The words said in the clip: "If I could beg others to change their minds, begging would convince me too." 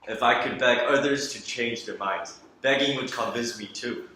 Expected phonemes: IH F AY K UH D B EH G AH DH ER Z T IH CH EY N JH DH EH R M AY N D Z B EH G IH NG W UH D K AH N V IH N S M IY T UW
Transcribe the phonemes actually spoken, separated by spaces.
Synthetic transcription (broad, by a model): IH F AY K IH D B EH G AH DH ER Z T IH CH EY N JH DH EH R M AY N D Z B EH G IH NG W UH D K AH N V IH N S M IY T UW